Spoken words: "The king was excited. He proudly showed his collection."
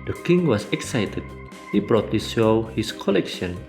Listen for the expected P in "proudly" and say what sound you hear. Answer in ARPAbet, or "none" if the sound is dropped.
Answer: B